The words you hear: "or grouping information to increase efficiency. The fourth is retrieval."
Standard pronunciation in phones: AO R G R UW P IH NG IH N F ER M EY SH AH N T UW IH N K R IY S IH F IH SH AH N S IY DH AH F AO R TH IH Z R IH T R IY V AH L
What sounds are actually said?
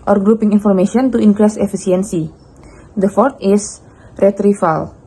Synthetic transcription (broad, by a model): AO R G R UW P IH NG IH N F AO M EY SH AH N T UW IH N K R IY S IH F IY S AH N S IY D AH F AO R T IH S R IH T R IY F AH L